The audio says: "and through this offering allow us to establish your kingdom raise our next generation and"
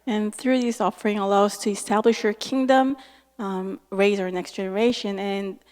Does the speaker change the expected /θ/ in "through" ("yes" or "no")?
no